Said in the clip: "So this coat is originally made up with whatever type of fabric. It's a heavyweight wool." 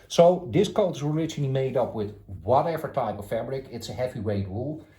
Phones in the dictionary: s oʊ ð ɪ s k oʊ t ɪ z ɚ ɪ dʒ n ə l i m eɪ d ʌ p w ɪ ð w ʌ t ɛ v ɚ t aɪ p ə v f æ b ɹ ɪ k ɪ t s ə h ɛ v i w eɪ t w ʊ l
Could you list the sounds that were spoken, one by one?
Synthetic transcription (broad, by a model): s oʊ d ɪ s k oʊ t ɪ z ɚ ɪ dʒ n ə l i m eɪ d ʌ p w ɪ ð w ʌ t ɛ v ɚ t aɪ p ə f f æ b ɹ ɪ k ɪ t s ə h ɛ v i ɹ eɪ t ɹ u l